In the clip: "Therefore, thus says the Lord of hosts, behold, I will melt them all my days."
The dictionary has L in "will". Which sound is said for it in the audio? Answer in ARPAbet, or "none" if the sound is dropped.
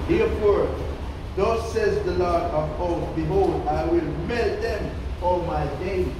L